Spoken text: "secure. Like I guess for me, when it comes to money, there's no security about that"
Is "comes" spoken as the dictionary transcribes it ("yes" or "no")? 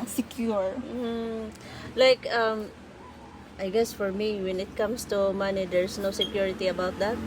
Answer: no